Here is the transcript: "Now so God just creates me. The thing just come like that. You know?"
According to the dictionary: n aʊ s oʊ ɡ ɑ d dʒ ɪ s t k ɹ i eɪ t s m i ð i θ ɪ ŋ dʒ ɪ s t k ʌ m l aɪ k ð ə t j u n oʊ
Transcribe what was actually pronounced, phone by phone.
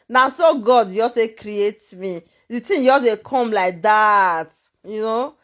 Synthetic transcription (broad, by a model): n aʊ s oʊ ɡ ɑ d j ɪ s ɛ k ɹ i eɪ t m i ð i t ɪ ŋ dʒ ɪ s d k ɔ m l aɪ k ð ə t j u n oʊ